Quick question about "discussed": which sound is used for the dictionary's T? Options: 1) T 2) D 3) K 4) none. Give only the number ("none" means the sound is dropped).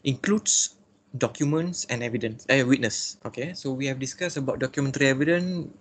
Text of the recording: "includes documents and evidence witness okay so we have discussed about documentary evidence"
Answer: 4